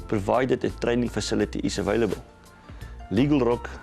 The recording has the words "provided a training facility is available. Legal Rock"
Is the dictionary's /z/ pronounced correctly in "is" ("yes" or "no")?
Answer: no